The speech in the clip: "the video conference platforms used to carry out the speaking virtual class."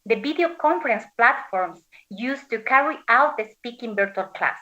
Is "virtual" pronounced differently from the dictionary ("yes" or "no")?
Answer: yes